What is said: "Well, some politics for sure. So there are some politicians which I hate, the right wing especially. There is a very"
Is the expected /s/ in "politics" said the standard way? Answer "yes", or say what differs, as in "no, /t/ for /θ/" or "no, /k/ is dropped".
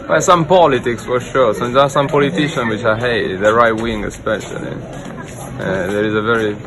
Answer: yes